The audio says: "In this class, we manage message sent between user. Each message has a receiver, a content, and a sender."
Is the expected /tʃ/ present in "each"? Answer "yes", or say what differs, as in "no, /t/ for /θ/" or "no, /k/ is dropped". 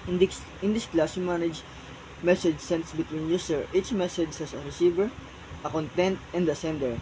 yes